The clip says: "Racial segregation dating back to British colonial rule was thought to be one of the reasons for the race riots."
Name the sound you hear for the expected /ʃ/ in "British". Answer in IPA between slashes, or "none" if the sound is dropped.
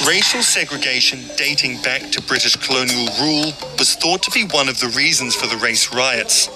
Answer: /ʃ/